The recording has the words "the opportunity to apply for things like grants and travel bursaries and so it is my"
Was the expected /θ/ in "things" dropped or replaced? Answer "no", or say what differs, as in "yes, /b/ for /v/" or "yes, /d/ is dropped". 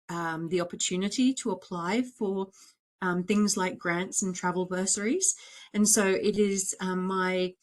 no